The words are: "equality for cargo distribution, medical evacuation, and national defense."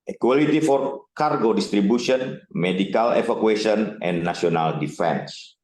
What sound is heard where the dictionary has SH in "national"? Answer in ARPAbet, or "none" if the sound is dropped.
none